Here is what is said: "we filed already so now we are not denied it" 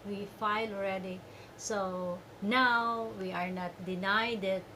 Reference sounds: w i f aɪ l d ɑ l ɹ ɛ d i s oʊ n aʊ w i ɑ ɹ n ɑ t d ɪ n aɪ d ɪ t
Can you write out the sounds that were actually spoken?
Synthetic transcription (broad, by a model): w i f aɪ l ɑ l ɹ ɛ d i s oʊ n aʊ w i ɑ ɹ n ɑ t d ɪ n aɪ d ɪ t